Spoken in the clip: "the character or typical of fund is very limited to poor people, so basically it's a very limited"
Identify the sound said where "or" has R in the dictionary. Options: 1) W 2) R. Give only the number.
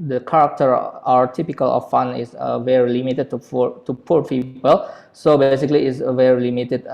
1